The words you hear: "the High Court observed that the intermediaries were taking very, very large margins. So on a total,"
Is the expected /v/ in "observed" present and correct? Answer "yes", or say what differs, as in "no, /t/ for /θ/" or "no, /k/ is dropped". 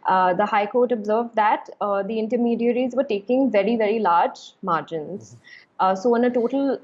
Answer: yes